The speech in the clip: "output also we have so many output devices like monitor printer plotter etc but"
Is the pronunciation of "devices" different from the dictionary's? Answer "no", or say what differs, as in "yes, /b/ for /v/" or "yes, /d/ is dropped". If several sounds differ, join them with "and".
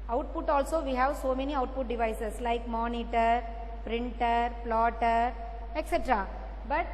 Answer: yes, /s/ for /z/